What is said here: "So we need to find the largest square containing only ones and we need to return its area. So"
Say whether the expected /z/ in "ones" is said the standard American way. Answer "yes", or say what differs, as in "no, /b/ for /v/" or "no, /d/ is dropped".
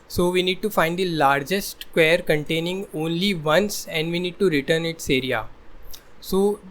no, /s/ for /z/